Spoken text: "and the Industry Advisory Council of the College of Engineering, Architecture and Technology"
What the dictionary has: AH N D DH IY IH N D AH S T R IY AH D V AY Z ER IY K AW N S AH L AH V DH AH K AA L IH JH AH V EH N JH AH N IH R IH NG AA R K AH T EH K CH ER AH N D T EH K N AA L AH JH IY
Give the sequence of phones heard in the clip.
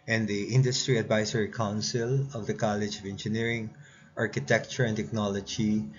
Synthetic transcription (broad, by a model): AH N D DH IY IH N D AH S T R IY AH D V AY S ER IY K AW N S AH L AH V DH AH K AA L IH JH AH V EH N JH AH N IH R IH NG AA R K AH T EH K CH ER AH N T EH K N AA L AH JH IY